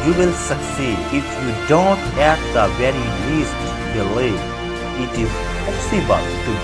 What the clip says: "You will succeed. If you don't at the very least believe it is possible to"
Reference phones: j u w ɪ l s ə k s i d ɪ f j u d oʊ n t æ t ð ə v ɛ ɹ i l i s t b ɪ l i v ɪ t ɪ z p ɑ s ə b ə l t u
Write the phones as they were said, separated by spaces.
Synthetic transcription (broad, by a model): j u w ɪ l s ə k s i d ɪ f j u d oʊ n t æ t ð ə v ɛ ɹ i l i s t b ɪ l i ɪ t ɪ z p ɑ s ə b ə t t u